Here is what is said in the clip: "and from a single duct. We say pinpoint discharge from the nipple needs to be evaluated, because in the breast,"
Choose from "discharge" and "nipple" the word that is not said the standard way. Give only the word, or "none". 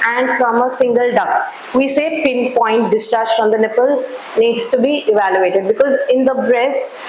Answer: none